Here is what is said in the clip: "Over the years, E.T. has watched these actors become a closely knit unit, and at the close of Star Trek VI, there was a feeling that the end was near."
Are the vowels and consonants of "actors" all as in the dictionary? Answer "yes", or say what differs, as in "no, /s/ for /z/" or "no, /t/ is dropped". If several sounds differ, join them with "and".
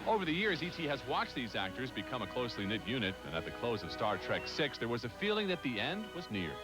yes